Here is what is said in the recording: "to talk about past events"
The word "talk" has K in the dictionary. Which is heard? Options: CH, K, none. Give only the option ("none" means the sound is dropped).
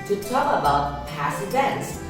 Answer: none